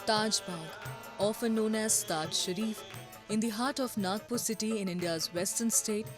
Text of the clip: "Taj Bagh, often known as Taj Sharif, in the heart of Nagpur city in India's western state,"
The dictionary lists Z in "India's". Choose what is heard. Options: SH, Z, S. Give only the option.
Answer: Z